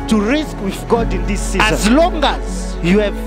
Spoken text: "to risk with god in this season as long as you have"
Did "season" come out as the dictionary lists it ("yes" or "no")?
no